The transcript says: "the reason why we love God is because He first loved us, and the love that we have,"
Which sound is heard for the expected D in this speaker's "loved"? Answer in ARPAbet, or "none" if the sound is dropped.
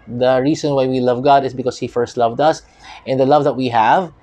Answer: D